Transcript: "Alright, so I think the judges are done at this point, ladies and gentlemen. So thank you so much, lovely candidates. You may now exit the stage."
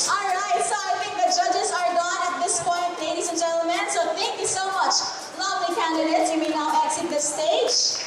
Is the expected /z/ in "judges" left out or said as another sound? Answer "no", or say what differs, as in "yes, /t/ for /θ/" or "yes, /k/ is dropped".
no